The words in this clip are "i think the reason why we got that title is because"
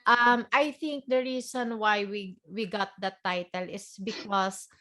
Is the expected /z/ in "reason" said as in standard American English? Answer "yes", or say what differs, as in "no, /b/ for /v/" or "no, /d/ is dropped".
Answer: no, /s/ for /z/